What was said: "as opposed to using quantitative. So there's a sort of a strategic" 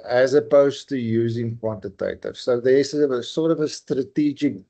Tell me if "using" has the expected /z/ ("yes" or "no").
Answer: yes